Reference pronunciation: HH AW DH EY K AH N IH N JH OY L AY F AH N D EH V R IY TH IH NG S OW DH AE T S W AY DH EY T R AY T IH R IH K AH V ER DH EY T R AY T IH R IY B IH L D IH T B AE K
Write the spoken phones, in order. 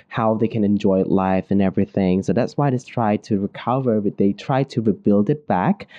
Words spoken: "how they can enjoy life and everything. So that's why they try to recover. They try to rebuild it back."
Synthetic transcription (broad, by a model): HH AW DH EY K AH N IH N JH OY L AY F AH N EH V R IY TH IH NG S OW DH AE T S W AY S T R AY T IH R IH K AH V ER DH EY T R AY T IH R IY B IH L D IH T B AE K